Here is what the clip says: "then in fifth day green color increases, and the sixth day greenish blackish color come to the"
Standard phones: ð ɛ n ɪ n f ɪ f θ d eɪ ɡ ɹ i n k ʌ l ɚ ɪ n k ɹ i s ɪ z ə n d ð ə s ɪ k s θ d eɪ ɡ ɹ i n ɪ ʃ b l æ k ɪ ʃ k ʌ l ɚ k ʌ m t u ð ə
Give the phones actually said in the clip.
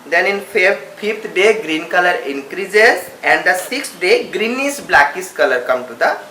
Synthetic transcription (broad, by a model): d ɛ n ɪ n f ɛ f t d eɪ ɡ ɹ i n k ʌ l ɚ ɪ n k ɹ i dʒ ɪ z ə n d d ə s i k s d eɪ ɡ ɹ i n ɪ s b l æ k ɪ s k ʌ l ɚ k ʌ m t u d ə